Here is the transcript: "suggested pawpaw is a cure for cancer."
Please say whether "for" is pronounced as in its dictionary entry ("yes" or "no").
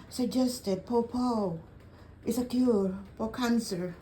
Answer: no